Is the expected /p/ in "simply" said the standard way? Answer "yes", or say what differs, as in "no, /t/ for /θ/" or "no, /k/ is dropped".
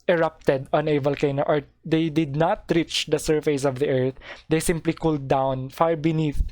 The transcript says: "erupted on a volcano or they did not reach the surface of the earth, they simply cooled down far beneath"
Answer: yes